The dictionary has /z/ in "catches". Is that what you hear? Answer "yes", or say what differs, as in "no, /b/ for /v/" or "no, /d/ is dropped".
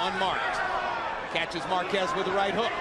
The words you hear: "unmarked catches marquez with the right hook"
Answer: yes